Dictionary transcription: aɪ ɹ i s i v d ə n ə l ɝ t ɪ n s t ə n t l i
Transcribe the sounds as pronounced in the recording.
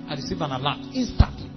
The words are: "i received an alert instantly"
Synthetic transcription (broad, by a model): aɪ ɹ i s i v ə n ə l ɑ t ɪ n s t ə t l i